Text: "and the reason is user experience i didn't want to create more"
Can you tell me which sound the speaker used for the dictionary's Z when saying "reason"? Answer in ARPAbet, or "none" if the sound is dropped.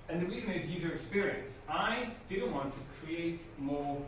Z